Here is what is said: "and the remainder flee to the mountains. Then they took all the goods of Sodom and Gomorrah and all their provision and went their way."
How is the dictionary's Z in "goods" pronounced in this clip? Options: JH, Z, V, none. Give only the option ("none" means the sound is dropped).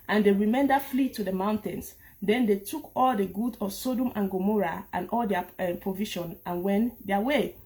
none